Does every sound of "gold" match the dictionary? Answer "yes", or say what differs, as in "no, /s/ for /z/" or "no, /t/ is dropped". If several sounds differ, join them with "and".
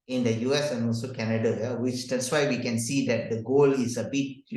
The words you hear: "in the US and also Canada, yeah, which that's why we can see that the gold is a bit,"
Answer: no, /d/ is dropped